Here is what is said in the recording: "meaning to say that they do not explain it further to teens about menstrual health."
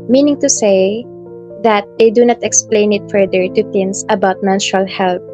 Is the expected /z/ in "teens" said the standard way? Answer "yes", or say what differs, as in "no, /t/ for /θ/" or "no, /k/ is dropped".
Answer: no, /s/ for /z/